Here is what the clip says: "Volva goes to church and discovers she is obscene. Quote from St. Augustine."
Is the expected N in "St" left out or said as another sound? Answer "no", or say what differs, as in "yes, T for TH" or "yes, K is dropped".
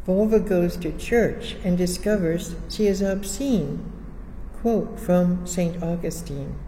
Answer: no